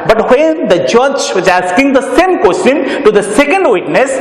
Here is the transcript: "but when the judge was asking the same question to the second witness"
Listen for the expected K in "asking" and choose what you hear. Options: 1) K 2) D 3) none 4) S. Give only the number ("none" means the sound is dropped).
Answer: 1